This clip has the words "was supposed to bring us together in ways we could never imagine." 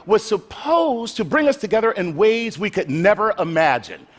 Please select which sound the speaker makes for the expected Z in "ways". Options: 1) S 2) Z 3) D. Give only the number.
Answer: 2